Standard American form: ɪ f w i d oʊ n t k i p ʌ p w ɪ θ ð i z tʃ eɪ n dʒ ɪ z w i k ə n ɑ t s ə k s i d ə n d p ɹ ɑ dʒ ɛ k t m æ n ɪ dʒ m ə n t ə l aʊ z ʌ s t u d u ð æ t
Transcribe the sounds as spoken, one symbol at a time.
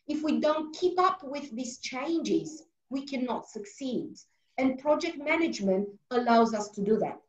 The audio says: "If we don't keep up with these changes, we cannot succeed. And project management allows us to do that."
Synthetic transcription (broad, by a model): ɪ f w i d oʊ n t k i p ʌ p w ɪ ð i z tʃ eɪ n dʒ ɪ z w i k ə n ɑ t s ə k s i d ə n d p ɹ ɑ dʒ ɛ k t m æ n ɪ dʒ m ə n t ə l aʊ z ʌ s t u d u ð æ t